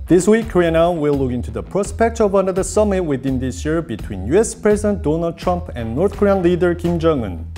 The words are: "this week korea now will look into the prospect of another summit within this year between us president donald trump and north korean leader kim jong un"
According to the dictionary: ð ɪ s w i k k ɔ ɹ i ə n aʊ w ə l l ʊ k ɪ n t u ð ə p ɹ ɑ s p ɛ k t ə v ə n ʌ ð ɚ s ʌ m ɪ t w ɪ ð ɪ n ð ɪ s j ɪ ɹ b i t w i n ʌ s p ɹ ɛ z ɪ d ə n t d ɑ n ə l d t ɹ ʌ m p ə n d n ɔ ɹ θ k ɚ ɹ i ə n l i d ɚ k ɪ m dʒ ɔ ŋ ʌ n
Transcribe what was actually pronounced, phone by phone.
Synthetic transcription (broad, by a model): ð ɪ s w i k k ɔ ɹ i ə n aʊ w ə l l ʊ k ɪ n t u ð ə p ɹ ɑ s p ɛ k t ə v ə n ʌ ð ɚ s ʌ m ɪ t w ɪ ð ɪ n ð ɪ s j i ɹ b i t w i n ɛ s p ɹ ɛ z ɪ d ə n t d ɑ n ə l d t ɹ ʌ m p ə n n ɔ ɹ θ k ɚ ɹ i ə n l i d ɚ k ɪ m dʒ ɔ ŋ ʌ n